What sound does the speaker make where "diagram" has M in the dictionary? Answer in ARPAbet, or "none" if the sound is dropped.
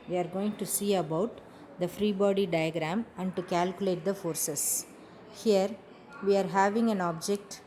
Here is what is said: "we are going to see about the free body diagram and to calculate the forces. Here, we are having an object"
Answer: M